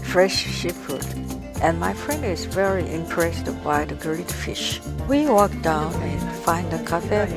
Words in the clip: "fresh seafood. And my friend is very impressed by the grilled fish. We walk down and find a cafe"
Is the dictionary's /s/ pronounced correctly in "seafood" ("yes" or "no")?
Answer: no